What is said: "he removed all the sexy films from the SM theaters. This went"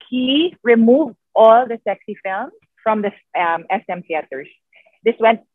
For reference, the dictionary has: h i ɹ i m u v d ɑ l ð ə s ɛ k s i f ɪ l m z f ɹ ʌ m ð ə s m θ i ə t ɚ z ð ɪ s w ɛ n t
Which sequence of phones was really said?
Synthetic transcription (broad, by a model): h i ɹ i m u v d ɑ l ð ə s ɛ k s i f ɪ l m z f ɹ ʌ m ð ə s m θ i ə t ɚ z ð ɪ s w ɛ n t